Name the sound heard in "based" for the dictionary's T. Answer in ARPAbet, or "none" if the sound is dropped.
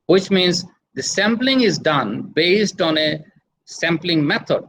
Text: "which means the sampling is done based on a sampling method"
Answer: T